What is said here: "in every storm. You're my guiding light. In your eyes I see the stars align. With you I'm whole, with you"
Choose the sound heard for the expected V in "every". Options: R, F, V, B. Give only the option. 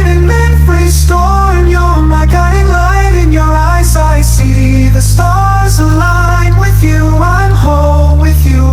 F